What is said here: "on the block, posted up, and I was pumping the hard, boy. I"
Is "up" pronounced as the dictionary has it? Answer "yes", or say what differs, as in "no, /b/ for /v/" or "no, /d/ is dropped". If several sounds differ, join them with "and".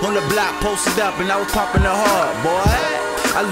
yes